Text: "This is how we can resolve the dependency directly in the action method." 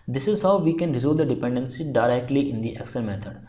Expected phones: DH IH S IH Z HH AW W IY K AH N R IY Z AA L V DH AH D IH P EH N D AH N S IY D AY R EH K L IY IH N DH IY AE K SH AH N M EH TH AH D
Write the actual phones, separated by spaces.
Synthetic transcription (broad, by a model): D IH S IH Z HH AW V IY K AH N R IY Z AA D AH D IH P EH N D AH N S IY D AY R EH K L IY IH N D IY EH K S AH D M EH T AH D